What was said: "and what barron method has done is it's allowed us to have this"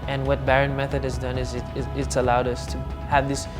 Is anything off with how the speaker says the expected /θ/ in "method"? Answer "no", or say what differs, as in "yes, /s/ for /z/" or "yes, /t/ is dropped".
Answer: no